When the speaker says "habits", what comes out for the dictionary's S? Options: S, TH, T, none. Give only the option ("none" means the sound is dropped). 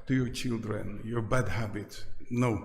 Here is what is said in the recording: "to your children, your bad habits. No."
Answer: none